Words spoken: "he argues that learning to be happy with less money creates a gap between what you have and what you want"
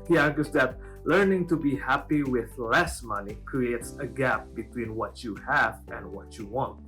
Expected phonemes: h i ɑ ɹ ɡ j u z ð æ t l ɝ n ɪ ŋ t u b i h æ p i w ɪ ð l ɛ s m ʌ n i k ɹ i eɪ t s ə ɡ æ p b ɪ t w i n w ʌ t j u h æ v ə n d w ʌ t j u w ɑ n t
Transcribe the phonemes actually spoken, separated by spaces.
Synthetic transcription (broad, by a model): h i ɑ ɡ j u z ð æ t l ɝ n ɪ ŋ t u b i h æ p i w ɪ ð l ɛ s m ʌ n i k ɹ i eɪ t s ə ɡ æ p b ɪ t w i n w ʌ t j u h æ v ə n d w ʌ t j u w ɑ n t